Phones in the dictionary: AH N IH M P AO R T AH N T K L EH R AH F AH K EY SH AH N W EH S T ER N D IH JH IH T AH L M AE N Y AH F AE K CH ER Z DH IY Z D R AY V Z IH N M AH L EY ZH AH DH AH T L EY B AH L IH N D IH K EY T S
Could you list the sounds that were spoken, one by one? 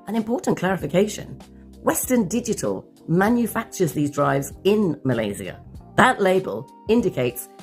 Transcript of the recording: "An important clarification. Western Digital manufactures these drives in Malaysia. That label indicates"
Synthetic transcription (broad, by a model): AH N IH M P AO R T N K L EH R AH F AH K EY SH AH N W EH S T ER N D IH JH IH T AH L M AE N Y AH F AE K CH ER Z DH IY Z D R AY V Z IH N M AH L EY Z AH DH AH T L EY B AH L IH N D IH K EY T S